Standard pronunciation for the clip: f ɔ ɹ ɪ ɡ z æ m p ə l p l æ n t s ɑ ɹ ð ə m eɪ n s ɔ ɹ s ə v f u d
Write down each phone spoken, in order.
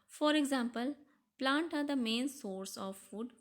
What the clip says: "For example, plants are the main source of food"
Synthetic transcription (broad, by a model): f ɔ ɹ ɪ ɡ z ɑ m p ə l p l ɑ n t ɑ ɹ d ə m eɪ n s ɔ ɹ s ə v f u d